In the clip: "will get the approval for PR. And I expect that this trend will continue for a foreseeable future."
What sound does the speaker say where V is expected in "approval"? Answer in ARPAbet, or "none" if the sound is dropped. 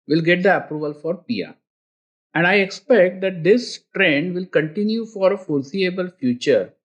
V